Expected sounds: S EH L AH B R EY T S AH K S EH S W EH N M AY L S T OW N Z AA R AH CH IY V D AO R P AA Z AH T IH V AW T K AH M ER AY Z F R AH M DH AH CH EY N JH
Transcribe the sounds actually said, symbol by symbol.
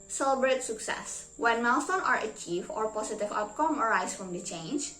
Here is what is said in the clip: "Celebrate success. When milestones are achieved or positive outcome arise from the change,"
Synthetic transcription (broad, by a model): S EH L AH B R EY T S AH K S EH S W EH N M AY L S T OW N AA R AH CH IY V AO R P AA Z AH T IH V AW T K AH M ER AY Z F R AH M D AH CH EY N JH